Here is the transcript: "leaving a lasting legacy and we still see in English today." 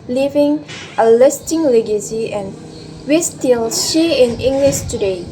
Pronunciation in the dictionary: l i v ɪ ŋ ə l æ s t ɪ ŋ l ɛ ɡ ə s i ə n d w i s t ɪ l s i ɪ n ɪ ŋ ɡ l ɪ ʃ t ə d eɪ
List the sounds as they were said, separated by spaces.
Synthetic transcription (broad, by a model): l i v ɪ ŋ ə l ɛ s t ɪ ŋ l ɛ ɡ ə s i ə n w i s t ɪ l ʃ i ɪ n ɪ ŋ ɡ l ɪ ʃ t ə d eɪ